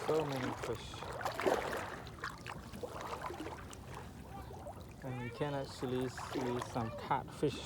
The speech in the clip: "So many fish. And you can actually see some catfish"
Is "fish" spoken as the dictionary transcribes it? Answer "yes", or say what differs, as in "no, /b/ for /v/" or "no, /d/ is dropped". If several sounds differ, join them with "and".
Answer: yes